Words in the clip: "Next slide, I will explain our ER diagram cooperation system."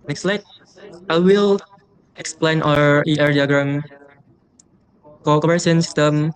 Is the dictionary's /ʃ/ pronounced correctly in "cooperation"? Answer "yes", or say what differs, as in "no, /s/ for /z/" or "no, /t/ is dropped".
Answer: no, /s/ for /ʃ/